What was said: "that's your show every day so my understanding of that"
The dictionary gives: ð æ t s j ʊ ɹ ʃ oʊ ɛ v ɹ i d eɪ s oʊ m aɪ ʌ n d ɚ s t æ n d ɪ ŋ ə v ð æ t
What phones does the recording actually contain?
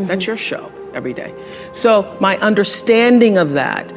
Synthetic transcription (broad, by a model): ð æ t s j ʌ ɹ ʃ oʊ ɛ v ɹ i d eɪ s oʊ m aɪ ʌ n d ɚ s t æ n d ɪ ŋ ə v ð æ t